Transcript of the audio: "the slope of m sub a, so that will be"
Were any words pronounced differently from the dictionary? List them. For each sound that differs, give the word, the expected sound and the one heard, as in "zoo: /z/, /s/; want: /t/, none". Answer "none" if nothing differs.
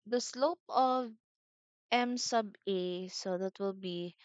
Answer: none